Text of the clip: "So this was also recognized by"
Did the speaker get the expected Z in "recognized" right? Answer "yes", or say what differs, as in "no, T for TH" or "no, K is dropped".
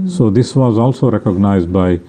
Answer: yes